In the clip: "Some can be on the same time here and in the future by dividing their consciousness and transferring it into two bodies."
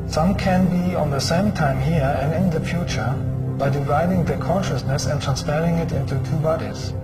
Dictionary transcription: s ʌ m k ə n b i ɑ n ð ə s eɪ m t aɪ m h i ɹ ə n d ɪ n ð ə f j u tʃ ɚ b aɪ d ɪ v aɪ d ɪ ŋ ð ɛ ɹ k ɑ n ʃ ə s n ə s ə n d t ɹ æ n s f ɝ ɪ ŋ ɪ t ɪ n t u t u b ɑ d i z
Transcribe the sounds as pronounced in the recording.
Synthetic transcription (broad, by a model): s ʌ m k ə n b i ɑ n ð ə s eɪ m t aɪ m h i ɹ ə n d ɪ n ð ə f j u tʃ ɚ b aɪ d ɪ v aɪ d ɪ ŋ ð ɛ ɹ k ɑ n ʃ ə s n ə s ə n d t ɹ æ n s p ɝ ɪ ŋ ɪ t ɪ n t u t u b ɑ d i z